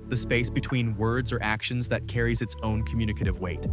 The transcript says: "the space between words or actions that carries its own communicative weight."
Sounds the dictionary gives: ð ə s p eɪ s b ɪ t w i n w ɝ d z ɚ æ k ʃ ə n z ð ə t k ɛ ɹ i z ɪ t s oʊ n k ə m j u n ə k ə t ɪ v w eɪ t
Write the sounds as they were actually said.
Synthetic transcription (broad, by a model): ð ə s p eɪ s b ɪ t w i n w ɝ d z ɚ æ k ʃ ə n z ð ə t k ɛ ɹ i z ɪ t s oʊ n k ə m j u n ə k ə t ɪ v w eɪ t